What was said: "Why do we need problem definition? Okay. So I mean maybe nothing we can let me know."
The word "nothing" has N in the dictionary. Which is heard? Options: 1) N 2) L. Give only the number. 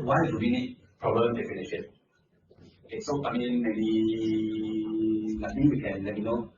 2